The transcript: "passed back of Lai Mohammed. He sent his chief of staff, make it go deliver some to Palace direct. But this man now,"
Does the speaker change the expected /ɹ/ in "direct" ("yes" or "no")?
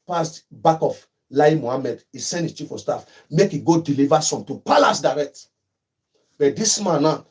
no